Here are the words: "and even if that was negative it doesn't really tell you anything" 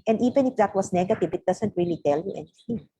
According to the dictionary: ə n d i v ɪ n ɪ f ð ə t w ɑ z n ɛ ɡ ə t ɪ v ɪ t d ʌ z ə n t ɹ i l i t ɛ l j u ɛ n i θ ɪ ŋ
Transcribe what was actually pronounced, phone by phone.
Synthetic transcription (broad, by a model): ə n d i v ɪ n ɪ f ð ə t w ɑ s n ɛ ɡ ə t ɪ v ɪ t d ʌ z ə n t ɹ i l i t ɛ l j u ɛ n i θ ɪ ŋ